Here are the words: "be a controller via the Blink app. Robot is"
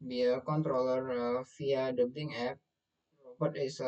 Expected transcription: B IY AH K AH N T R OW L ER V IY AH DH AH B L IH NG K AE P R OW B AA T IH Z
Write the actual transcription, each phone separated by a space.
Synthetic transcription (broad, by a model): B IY AH K AH N T R OW L ER F IY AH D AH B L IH NG EH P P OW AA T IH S